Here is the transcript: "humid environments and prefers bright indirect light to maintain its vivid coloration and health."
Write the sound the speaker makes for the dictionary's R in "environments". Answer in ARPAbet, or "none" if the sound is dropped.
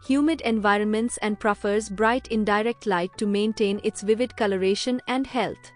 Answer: R